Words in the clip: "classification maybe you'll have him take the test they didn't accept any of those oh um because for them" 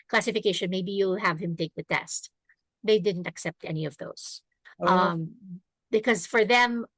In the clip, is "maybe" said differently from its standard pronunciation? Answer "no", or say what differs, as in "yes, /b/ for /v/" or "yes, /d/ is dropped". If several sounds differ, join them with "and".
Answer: no